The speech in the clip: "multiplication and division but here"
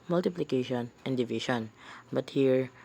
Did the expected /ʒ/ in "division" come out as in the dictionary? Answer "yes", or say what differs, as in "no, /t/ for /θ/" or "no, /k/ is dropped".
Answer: no, /ʃ/ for /ʒ/